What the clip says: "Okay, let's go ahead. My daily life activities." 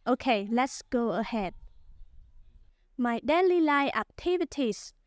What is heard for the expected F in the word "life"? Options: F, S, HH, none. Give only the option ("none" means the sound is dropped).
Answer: none